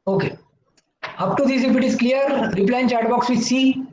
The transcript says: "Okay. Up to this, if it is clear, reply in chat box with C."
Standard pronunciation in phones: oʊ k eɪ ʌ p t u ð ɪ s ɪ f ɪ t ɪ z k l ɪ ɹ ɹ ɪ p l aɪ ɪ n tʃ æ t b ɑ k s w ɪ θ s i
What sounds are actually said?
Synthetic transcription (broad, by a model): oʊ k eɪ ʌ p t u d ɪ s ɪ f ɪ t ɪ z k l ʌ ɹ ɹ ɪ p l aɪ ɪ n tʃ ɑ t b ɑ k s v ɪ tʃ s i